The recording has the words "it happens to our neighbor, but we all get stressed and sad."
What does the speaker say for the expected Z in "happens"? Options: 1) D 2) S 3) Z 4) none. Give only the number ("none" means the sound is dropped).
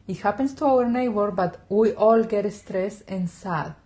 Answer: 2